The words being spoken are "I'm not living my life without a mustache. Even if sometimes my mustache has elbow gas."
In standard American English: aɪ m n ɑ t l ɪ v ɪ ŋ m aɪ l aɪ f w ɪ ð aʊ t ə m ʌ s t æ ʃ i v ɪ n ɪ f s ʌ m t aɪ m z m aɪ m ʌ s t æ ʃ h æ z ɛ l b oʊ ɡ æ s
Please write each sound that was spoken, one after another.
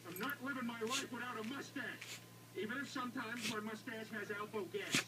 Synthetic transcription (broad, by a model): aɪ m n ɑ t l ɪ v ɪ ŋ m aɪ w aɪ f w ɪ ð aʊ t ə m ʌ s t æ ʃ i v ɪ n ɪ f s ʌ m t aɪ m z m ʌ m ʌ s t æ ʃ h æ z ɛ l b oʊ ɡ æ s